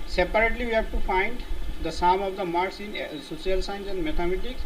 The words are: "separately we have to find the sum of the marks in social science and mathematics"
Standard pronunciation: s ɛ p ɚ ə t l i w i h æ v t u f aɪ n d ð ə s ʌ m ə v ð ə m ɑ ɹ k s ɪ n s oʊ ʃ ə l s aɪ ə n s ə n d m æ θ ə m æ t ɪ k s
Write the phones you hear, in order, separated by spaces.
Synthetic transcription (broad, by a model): s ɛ p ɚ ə t l i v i h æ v t u f aɪ n d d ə s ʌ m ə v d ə m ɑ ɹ s ɪ n s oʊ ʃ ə l s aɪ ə n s ə n d m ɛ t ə m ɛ t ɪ k s